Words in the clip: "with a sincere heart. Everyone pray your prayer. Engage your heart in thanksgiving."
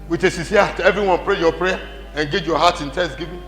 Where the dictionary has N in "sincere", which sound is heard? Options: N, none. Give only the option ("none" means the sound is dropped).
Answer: none